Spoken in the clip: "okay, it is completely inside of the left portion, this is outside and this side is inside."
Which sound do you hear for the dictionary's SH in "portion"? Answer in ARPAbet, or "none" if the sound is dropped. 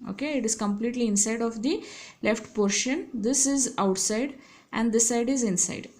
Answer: SH